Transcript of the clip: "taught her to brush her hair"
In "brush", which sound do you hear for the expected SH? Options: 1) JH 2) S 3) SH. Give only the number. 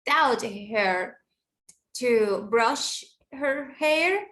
3